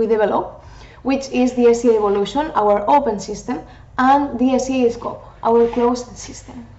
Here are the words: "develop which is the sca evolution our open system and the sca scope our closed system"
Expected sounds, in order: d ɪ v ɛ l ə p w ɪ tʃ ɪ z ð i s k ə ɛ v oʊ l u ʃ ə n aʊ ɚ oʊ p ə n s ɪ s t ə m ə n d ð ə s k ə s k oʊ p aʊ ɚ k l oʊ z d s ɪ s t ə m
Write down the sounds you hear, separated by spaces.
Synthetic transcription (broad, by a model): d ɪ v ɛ l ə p w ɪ tʃ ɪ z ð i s ə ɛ b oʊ l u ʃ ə n aʊ ɚ oʊ p ə n s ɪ s t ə m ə n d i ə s ə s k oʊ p aʊ ɚ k l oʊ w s s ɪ s t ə m